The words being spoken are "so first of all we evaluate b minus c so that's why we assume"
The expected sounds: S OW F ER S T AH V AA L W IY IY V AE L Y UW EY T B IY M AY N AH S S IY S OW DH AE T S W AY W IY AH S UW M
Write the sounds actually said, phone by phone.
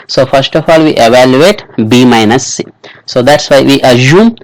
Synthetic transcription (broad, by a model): S OW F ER S T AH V AA L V IY IY V AE L Y UW EY T B IY M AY N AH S S IY S OW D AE T S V AY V IY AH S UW M